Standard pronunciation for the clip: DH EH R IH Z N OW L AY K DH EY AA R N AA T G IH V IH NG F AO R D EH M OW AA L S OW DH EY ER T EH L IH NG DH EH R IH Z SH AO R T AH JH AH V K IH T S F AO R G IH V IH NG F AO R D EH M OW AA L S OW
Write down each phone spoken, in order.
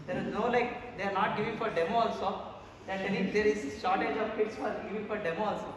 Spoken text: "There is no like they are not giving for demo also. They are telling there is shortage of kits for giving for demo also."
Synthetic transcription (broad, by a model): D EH R IH Z N OW L AY K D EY AA R N AA T G IH V IH NG F AO R D EH M OW AA L S OW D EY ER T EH N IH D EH R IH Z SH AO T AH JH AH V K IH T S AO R G IH V IH NG F AO R D EH M OW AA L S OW